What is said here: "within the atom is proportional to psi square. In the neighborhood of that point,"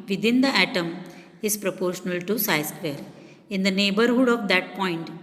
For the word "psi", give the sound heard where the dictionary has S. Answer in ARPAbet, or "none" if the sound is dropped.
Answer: S